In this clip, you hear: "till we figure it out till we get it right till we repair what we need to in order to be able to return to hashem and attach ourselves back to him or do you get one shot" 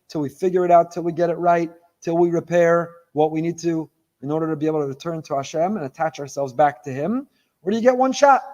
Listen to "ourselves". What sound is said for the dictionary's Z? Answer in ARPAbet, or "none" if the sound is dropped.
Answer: Z